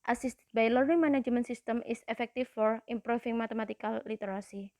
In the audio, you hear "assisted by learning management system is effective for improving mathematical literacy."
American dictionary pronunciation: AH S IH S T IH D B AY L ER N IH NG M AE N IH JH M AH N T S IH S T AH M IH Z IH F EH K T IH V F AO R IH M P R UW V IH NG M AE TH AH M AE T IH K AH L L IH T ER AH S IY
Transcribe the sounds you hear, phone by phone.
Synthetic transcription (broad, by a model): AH S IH S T B AY L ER IH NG M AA N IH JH M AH N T S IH S T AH M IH S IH F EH K T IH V F AO R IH M P R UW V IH NG M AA T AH M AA T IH K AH L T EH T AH S IY